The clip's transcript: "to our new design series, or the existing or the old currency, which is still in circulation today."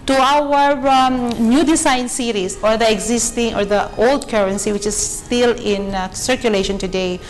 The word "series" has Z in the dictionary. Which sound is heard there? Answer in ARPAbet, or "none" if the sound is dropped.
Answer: S